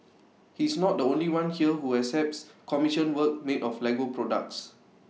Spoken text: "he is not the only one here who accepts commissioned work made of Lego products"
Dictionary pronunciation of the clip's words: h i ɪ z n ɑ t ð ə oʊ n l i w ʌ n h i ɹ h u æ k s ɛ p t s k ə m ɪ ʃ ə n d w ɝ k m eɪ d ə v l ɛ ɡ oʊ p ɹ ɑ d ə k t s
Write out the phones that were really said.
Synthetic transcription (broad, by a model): h i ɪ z n ɑ t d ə oʊ n l i w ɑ n h i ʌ h u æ s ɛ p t s k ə m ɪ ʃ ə n w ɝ k m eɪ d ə f l ɛ ɡ oʊ p ɹ ɑ d ə k t s